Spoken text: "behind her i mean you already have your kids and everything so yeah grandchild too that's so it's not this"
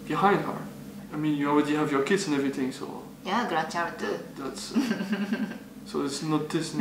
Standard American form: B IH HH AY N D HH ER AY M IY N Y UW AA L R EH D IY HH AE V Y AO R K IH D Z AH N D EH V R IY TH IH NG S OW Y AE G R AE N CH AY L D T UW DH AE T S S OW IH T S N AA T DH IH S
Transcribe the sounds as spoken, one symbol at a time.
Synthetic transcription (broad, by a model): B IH HH AY N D HH ER AY M IY N Y UW AA L R EH D IY HH AE V Y AO R K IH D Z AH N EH V R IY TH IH NG S OW Y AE G R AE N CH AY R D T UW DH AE T S S OW IH T S N AA T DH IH S